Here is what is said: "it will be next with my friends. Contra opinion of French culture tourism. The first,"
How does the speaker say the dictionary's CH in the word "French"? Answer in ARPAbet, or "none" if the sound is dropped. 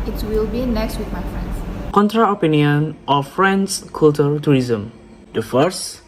S